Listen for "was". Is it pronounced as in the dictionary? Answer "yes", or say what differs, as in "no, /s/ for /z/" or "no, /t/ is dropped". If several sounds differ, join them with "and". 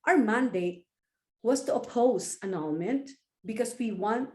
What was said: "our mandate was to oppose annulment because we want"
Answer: no, /s/ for /z/